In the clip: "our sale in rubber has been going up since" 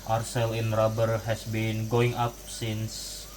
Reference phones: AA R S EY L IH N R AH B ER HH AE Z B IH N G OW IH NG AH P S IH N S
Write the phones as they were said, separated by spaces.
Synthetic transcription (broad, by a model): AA R S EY L IH N R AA B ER HH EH S B IH N G OW IH NG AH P S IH N S